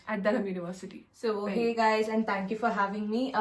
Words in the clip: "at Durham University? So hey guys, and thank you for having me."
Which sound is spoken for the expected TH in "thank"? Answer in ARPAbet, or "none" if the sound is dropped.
T